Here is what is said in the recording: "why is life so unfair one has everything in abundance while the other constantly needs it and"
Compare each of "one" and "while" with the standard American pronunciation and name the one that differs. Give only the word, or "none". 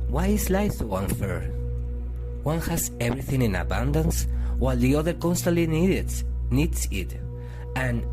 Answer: none